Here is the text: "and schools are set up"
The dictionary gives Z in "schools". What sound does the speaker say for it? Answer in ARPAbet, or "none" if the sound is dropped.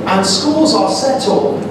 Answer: Z